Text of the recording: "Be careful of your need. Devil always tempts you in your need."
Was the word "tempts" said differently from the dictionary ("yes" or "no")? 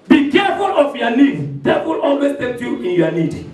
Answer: yes